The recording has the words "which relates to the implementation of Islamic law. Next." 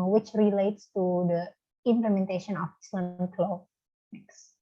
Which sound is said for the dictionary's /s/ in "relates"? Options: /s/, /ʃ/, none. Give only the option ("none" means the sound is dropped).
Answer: /s/